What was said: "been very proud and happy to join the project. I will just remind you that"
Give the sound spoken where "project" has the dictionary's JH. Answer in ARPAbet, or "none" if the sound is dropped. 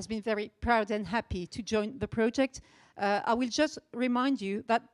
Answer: JH